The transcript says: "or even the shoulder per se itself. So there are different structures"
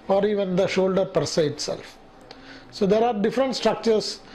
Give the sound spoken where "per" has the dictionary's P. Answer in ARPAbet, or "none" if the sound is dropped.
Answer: P